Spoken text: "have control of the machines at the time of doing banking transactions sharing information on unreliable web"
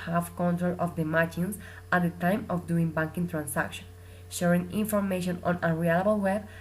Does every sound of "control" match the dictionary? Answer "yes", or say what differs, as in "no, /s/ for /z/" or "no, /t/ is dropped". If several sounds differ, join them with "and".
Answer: yes